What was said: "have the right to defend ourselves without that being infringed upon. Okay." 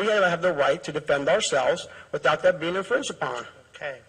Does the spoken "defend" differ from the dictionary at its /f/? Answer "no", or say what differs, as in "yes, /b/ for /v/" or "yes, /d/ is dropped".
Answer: no